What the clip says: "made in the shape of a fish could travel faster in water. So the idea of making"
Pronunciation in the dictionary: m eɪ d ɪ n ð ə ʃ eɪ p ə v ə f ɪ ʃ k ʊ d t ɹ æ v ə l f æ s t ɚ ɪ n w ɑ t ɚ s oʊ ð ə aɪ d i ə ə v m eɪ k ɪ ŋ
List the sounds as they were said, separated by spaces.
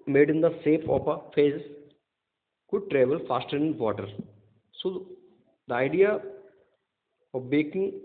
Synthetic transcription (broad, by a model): m eɪ d ɪ n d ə s eɪ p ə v ə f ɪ s k ʊ d t ɹ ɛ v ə l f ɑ s t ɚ ɪ n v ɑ t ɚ s oʊ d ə aɪ d i ə ə v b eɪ k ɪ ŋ